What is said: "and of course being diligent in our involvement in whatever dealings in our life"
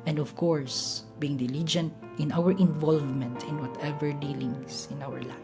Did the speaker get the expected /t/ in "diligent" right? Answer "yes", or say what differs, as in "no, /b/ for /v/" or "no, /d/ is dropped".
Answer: yes